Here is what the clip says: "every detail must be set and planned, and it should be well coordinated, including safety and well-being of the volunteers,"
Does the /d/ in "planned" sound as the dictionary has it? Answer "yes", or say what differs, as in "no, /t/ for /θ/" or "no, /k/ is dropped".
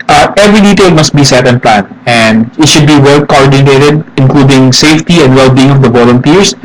no, /d/ is dropped